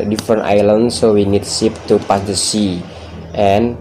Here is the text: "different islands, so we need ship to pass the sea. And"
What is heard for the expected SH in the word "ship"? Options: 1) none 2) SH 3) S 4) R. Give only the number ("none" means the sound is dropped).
3